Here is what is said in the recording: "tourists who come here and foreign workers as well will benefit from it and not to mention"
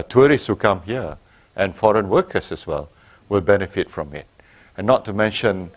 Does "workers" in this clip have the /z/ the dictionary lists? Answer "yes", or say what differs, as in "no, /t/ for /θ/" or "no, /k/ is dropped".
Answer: no, /s/ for /z/